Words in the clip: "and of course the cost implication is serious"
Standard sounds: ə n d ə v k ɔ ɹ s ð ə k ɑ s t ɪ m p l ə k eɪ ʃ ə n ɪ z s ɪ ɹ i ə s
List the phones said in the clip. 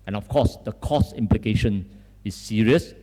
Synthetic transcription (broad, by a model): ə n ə f k ɔ s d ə k ɑ s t ɪ m p l ə k eɪ ʃ ə n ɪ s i ɹ i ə s